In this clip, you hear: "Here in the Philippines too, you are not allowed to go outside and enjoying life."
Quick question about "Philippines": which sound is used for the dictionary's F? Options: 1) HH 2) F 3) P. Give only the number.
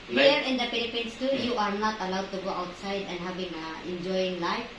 3